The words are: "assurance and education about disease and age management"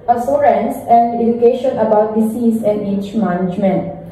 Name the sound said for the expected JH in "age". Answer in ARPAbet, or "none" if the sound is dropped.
CH